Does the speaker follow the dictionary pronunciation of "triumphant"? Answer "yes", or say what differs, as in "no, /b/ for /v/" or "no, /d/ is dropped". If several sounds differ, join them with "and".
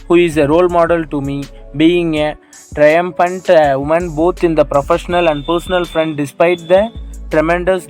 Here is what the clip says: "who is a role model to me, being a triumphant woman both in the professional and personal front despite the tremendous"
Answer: yes